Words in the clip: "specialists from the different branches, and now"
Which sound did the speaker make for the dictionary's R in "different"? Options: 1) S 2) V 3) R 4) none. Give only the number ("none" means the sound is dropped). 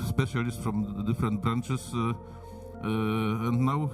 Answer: 3